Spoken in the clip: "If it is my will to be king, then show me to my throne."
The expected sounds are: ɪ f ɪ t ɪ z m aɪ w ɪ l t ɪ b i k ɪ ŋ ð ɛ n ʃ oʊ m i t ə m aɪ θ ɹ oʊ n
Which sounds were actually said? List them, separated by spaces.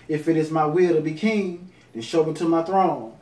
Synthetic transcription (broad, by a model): ɪ f ɪ t ɪ z m aɪ w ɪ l t ɪ b i k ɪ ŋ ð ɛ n ʃ oʊ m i t ə m aɪ θ ɹ oʊ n